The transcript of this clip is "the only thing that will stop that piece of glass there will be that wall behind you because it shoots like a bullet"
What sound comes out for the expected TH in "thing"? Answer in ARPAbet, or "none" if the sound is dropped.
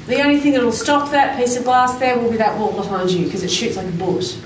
TH